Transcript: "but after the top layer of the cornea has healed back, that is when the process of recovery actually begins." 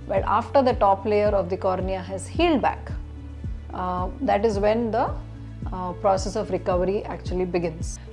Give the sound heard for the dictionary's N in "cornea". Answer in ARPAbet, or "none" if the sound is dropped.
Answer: N